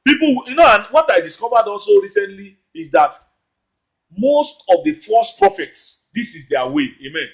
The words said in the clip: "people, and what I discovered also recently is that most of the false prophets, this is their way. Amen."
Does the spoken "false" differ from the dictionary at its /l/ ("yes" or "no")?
yes